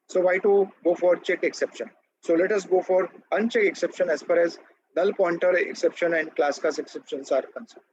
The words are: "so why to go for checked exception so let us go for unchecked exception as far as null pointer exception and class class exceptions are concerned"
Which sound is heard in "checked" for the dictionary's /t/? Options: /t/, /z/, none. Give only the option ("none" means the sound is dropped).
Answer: none